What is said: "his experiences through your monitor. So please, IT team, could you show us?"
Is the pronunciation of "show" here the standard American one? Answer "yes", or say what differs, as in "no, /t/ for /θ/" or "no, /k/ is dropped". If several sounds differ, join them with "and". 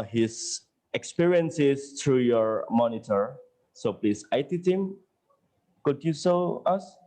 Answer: no, /s/ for /ʃ/